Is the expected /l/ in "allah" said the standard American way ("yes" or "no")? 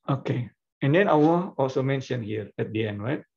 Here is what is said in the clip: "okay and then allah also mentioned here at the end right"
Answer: no